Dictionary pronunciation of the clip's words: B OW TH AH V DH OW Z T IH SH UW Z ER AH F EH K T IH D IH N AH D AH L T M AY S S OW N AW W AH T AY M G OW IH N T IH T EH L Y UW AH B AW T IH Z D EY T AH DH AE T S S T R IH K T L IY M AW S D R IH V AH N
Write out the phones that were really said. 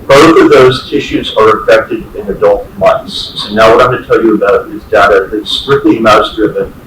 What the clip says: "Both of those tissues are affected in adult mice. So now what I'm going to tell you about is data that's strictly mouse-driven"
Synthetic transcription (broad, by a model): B OW TH AH V DH OW Z T IH SH UW Z ER AH F EH K T IH D IH N AH D AH L T M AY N S OW N AW W AH T AY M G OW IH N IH T EH L Y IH AH B AW T IH Z D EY T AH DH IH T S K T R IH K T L IY M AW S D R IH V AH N